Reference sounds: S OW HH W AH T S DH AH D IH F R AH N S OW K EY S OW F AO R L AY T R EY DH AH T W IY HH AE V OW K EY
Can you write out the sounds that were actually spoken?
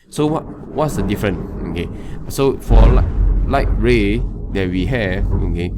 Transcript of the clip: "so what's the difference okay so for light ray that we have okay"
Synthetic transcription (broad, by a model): S OW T W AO T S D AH D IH F R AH N OW K EY S OW F AO L L AY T R EY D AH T W IY HH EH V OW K EY